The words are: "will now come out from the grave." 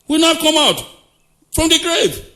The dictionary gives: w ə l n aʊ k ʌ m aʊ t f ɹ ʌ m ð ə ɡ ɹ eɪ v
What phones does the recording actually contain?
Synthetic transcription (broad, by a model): w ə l n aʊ k ʌ m aʊ t f ɹ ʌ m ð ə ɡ ɹ eɪ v